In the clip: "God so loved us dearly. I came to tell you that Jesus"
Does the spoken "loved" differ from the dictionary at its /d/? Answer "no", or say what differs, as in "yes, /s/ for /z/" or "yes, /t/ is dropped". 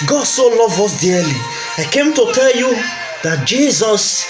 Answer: yes, /d/ is dropped